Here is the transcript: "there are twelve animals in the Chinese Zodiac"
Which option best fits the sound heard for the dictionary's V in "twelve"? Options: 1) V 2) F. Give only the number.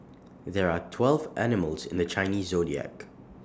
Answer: 1